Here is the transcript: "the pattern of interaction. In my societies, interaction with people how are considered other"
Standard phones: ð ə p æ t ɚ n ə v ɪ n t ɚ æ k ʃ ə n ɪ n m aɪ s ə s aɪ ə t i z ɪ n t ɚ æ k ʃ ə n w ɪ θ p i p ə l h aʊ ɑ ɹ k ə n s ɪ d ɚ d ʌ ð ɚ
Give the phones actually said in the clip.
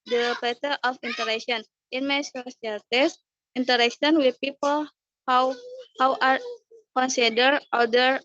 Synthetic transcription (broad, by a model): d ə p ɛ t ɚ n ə f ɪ n t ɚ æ k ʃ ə n ɪ n m aɪ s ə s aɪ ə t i s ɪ n t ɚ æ k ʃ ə n w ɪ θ p i p ə l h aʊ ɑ w k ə n s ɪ d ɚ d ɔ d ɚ